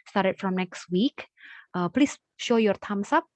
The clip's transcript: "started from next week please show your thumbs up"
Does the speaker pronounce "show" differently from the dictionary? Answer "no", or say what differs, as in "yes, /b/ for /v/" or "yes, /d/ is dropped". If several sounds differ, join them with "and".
no